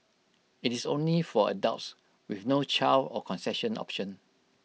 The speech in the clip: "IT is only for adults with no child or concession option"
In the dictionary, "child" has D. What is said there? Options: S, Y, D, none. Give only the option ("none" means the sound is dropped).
none